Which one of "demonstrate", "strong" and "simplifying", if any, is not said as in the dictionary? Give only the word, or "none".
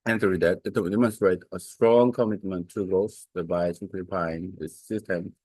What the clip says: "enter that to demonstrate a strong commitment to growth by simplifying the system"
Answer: simplifying